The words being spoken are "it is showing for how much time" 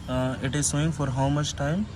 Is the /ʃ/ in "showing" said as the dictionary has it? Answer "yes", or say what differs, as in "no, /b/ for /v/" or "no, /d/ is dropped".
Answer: no, /s/ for /ʃ/